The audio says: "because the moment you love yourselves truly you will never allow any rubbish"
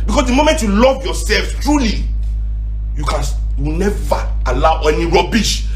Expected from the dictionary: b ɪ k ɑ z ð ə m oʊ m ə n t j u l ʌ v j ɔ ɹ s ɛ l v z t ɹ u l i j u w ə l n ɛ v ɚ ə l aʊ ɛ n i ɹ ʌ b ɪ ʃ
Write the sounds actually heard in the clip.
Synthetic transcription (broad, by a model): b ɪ k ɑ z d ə m oʊ m ə n t j u l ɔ v j ɔ s ɛ l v t ɹ u l i j u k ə w n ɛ v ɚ ə l aʊ ɛ n i ɹ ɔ b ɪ ʃ